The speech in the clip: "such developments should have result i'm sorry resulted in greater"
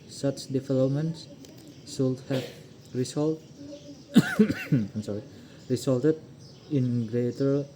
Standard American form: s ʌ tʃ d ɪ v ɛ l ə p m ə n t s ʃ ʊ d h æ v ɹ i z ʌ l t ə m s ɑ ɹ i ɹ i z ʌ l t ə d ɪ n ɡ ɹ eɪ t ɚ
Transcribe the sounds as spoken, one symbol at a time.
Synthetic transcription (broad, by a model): s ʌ tʃ d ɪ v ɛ l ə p m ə n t s s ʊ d h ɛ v ɹ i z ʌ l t ə m s ɑ ɹ i ɹ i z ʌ l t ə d ɪ n ɡ ɹ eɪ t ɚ